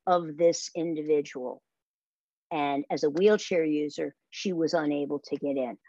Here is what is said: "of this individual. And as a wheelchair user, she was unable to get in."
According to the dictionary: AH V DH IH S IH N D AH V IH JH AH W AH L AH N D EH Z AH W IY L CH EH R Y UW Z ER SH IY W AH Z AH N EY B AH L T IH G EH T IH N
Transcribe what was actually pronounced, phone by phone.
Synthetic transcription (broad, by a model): AH V DH IH S IH N D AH V IH JH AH W L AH N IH Z AH W IY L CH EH R Y UW Z ER SH IY W AH Z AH N EY B L T IH G EH T IH N